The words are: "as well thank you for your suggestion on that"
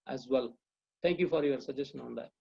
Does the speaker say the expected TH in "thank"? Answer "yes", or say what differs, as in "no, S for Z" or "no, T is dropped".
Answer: no, T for TH